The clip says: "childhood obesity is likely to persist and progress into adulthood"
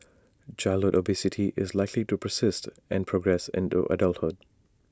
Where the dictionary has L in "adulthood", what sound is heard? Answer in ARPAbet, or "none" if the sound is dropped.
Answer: L